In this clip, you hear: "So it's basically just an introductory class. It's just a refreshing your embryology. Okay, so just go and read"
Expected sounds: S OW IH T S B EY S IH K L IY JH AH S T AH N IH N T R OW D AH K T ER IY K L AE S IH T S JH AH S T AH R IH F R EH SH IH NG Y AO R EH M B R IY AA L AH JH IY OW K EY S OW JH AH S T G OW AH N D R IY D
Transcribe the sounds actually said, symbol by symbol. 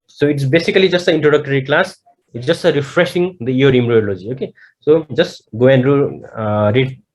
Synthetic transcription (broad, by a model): S OW IH T S B EY S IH K L IY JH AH S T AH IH N T R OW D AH K T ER IY K L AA S IH T S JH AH S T AH R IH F R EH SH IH NG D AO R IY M R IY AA L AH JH IY OW K EY S OW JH AH S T G OW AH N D R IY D